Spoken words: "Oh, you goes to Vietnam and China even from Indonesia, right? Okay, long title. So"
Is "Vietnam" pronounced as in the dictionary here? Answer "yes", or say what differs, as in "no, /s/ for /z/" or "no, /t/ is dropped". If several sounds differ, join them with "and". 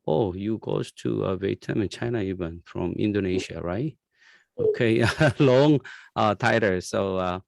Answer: no, /n/ is dropped